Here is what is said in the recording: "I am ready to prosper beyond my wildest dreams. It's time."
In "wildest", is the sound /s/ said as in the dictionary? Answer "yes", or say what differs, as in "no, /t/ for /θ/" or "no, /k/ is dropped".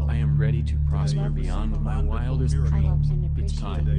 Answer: no, /s/ is dropped